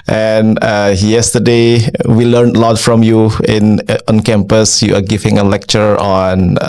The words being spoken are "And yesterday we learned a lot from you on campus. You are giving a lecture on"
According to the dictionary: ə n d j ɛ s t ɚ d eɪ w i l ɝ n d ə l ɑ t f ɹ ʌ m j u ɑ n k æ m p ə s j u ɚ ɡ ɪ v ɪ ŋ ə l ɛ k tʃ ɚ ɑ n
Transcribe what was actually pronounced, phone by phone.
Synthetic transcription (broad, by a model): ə n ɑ j ɛ s t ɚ d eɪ w i l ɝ n ə l ɑ t f ɹ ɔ m j u ɑ n k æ m p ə s j u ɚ ɡ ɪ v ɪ ŋ ə l ɛ k tʃ ɚ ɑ n